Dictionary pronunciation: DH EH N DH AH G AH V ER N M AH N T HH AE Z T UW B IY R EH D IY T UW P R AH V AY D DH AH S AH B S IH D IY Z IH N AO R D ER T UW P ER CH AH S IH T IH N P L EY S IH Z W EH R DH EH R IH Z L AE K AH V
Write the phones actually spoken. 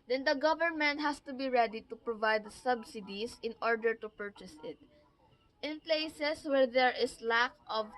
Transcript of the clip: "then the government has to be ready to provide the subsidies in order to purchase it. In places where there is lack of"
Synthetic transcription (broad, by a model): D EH N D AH G AH V ER N M AH N T HH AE S T UW B IY R EH D IY T UW P R AH V AY D S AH B S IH D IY S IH N AO R D ER T UW P ER CH AH S IH T IH N P L EY S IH S W EH R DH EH R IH S L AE K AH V